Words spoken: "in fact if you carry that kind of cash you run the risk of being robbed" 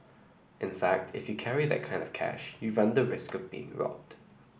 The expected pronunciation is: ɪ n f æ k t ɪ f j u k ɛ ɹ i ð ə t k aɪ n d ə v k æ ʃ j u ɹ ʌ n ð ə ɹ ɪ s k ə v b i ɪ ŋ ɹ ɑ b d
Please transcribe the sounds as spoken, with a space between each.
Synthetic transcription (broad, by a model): ɪ n f æ k t ɪ f j u k ɛ ɹ i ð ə t k aɪ n d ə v k æ ʃ j u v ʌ n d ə ɹ ɪ s k ə v b i ɪ ŋ ɹ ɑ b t